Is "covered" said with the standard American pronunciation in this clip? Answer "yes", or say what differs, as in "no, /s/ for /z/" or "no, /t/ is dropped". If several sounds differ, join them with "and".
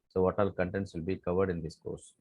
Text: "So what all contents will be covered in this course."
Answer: yes